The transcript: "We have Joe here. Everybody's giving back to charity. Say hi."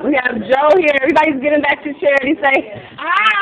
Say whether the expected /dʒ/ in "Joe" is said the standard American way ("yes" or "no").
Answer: yes